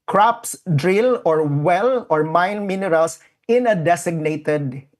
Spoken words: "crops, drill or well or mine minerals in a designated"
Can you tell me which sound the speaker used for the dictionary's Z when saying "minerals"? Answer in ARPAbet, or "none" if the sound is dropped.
S